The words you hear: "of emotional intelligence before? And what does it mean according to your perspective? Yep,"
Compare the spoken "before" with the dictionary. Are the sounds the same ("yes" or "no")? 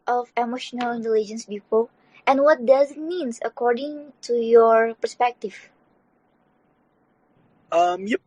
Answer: no